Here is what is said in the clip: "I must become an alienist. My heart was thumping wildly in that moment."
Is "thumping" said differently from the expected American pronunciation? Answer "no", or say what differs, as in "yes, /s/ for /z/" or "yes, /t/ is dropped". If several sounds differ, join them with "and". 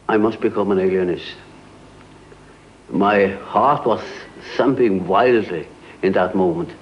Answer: yes, /s/ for /θ/